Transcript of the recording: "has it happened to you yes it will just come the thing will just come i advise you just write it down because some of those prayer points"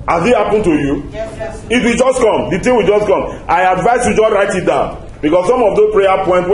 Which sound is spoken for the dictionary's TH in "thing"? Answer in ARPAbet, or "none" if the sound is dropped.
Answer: T